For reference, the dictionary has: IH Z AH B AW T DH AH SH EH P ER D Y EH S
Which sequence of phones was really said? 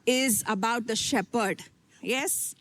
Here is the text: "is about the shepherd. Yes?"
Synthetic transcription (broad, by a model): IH Z AH B AW T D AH SH EH P ER D Y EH S